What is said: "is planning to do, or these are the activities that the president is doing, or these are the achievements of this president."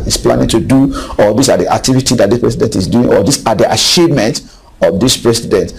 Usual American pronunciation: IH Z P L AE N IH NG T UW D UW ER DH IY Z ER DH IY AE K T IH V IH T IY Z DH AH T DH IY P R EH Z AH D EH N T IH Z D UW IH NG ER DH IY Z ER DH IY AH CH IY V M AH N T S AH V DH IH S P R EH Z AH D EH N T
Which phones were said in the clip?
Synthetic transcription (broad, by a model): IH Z P L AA N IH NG T UW D UW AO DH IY S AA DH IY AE K T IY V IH T IY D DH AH T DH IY P R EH S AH D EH N T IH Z D UW IH NG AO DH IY S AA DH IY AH SH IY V M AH N T AH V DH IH S P R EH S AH D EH N T